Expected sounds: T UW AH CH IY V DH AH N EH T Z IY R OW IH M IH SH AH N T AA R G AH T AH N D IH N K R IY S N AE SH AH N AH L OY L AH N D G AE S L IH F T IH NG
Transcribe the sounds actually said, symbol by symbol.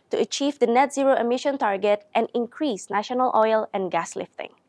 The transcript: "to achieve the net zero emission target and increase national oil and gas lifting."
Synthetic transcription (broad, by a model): T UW AH CH IY V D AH N EH T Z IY R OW IH M IH SH AH N T AA R G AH T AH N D IH N K R IY S N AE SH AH N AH L OY L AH N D G AE S L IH F T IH NG